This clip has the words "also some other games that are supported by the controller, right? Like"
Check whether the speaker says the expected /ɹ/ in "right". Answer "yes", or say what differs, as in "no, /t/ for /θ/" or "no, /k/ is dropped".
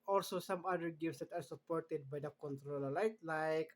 no, /l/ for /ɹ/